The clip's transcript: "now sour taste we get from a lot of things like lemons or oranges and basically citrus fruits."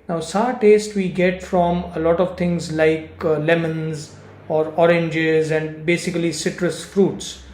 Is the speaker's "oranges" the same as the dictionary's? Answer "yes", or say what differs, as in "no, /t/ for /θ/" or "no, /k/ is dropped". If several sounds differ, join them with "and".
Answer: yes